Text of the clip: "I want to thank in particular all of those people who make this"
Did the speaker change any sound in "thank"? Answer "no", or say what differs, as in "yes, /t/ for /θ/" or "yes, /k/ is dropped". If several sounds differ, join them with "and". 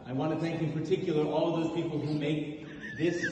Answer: no